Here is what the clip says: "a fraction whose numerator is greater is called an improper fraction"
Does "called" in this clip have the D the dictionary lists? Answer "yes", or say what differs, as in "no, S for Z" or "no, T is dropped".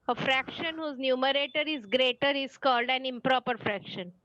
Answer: yes